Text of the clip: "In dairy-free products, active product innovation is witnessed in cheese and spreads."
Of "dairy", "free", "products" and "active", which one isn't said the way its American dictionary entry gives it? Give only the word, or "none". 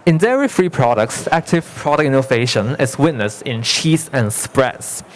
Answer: none